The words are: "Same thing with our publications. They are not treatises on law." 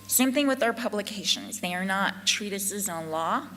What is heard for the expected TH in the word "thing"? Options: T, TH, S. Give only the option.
TH